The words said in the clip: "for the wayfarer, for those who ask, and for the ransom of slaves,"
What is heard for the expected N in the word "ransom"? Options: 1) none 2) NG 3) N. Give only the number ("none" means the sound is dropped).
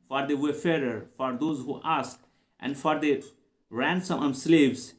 3